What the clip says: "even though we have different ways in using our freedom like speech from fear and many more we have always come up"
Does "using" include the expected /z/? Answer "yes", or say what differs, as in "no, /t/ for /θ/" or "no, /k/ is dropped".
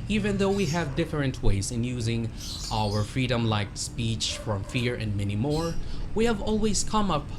yes